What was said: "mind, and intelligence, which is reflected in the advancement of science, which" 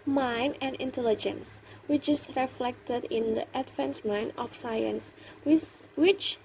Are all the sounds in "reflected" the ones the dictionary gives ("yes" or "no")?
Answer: yes